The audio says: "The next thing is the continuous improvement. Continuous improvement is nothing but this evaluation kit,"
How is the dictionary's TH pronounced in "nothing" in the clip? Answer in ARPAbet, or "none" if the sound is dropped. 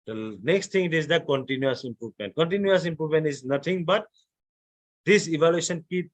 T